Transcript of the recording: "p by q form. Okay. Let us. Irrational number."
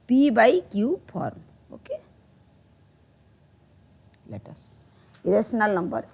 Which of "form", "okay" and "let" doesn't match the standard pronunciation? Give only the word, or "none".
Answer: form